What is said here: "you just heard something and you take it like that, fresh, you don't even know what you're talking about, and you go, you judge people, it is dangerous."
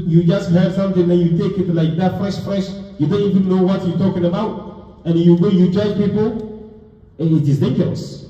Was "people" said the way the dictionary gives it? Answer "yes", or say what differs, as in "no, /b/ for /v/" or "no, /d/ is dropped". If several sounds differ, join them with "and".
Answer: no, /n/ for /l/